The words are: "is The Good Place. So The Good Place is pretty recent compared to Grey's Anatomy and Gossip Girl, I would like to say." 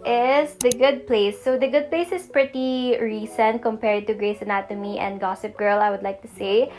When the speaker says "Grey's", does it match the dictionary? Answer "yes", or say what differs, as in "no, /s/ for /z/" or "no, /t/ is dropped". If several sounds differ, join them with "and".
no, /s/ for /z/